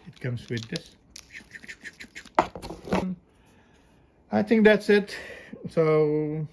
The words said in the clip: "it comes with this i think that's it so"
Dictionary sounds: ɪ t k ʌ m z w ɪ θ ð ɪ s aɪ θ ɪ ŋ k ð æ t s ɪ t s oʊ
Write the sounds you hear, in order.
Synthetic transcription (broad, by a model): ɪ t k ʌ m s w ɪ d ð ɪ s aɪ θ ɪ ŋ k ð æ t s ɪ t s oʊ